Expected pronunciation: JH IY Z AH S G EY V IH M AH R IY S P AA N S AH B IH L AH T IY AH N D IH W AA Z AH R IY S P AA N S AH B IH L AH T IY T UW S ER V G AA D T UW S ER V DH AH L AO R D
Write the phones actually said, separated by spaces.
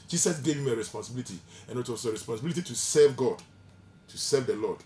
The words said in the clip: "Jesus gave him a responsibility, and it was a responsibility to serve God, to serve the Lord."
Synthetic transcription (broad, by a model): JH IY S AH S G EY V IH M AH R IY S P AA N S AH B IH L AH T IY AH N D IH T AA S AH R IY S P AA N S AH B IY L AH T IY T UW S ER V G AA D T UW S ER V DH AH L AO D